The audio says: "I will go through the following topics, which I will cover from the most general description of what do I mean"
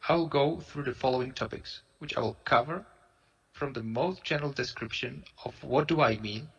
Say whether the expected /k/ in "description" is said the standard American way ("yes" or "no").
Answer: yes